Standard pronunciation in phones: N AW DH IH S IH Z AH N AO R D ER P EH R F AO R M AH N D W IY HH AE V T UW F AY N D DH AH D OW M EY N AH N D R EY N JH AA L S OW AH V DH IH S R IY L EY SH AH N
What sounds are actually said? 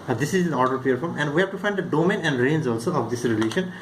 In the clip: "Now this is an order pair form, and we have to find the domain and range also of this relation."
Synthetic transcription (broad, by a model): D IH S IH Z AH N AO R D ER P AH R F AO R M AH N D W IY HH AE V T UW F AY N D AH D OW M EY N AH N D R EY N Z AA L S OW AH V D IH S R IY L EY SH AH N